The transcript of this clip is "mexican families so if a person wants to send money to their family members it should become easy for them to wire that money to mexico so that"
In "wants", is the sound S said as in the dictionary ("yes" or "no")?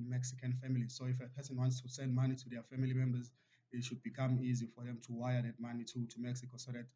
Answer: yes